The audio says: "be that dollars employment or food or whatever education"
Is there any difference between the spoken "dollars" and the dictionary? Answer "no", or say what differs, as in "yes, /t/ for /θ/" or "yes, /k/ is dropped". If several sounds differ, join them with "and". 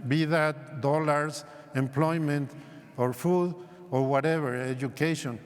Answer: yes, /s/ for /z/